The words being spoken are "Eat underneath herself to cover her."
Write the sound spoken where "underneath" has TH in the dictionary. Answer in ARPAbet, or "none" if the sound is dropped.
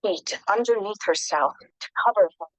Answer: TH